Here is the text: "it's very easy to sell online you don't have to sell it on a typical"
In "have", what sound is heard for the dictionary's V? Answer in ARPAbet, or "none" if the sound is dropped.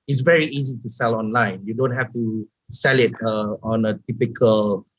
F